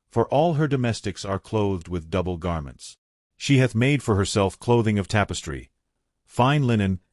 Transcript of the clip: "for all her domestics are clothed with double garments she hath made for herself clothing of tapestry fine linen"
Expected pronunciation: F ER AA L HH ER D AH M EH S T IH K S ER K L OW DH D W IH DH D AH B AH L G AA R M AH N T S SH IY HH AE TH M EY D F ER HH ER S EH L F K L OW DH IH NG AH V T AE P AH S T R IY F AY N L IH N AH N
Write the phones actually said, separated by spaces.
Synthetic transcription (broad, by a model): F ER AA L HH ER D AH M EH S T IH K S ER K L OW DH D W IH DH D AH B L G AA R M AH N T S SH IY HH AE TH M EY D F ER HH ER S EH L F K L OW DH IH NG AH V T AE P AH S T R IY F AY N L IH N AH N